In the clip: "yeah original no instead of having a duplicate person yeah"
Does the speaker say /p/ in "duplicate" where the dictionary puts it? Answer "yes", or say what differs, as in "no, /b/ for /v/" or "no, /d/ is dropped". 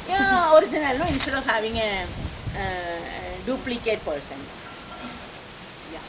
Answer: yes